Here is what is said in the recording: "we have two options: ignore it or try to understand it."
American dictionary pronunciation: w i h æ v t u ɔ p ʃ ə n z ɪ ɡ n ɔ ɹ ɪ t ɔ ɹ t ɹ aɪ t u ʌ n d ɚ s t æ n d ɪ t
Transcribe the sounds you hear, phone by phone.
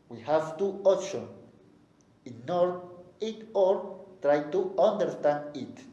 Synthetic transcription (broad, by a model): w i h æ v t u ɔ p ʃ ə n ɪ n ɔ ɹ ɪ t ɔ ɹ t ɹ aɪ t u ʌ n d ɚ s t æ n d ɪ t